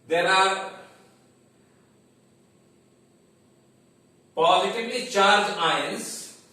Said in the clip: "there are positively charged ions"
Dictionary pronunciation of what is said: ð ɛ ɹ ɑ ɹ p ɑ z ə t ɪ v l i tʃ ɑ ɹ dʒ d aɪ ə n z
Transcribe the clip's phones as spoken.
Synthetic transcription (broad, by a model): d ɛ ɹ ɑ ɹ p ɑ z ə t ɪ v l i tʃ ɑ ɹ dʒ aɪ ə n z